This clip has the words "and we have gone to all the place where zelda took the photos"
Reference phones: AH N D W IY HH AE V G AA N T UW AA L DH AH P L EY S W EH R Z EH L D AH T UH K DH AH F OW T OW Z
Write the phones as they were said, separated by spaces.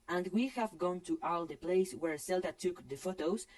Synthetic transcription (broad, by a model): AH N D W IY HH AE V G AA N T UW AA L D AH P L EY S W EH R S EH L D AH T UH K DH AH F OW T OW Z